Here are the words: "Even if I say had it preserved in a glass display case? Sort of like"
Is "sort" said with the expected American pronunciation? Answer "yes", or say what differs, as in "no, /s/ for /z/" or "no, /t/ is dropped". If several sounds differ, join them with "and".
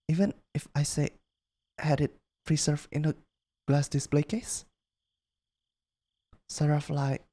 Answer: no, /t/ is dropped